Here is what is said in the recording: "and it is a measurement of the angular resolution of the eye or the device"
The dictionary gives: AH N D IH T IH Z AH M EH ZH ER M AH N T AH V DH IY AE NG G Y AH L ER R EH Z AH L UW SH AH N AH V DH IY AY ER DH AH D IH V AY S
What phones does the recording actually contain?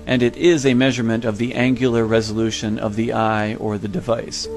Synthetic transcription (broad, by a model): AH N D IH T IH Z AH M EH ZH ER M AH N T AH V DH IY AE NG G Y L ER R EH Z AH L UW SH AH N AH V DH IY AY ER DH AH D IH V AY S